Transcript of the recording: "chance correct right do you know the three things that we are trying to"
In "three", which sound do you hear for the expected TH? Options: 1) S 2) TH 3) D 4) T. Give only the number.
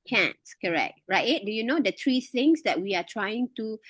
4